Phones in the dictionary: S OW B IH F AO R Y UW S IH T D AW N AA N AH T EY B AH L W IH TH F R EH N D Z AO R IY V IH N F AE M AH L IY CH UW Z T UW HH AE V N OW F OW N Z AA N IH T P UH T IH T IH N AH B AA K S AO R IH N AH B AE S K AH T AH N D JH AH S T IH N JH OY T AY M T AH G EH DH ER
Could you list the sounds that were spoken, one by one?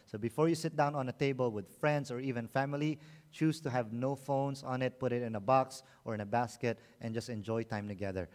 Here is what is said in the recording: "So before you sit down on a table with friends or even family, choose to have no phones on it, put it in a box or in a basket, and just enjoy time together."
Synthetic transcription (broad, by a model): S OW B IH F AO R Y UW S IH T D AW N AA N AH T EY B AH L W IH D F R EH N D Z AO R IY V IH N F AE M AH L IY CH UW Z T UW HH AE V N OW F OW N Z AA N IH T P UH T IH T IH N AH B AA K S AO R IH N AH B AE S K AH T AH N JH AH S T IH N JH OY T AY M T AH G EH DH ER